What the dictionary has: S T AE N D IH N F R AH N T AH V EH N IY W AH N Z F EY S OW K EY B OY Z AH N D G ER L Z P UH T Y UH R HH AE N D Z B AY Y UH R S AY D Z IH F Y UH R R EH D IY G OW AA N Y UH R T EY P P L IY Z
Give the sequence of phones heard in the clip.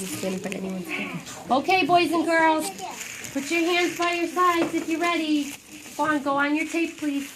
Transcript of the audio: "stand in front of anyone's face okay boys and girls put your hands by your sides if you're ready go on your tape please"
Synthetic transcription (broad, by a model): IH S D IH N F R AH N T EH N IY W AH N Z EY OW K EY B OY Z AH N G ER L Z P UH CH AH R HH AE N D Z B AY Y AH R S AY D Z IH F Y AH R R EH D IY G OW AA N Y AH R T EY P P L IY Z